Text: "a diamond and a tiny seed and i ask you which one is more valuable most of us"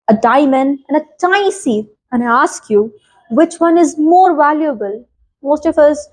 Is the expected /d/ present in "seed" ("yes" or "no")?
no